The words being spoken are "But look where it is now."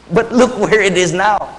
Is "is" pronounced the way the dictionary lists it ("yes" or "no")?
yes